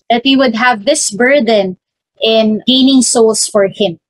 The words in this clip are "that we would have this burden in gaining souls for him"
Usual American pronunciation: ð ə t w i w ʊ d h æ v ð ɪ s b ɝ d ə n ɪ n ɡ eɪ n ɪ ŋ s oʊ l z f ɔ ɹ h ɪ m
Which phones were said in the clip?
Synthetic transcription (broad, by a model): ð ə t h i w ʊ d h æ v ð ɪ s b ɝ d ə n ɪ n ɡ eɪ n ɪ ŋ s oʊ l s f ɔ ɹ h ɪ m